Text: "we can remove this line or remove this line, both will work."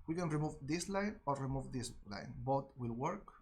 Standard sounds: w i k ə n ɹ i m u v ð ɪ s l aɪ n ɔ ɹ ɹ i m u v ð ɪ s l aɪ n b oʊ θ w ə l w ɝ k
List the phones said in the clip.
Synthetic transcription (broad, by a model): w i k ə n ɹ i m u v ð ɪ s l aɪ n ɔ ɹ ɹ i m u v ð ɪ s l aɪ n b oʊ t w ə l w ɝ k